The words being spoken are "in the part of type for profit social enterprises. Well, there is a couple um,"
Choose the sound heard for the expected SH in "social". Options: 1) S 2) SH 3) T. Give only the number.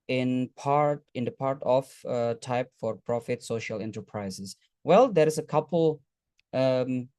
2